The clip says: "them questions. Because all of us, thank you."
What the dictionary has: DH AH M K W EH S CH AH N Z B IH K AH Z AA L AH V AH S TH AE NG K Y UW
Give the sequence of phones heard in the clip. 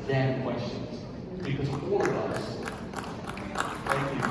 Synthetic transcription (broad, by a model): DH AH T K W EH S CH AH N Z B IH K AH Z AA L AH V AH S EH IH K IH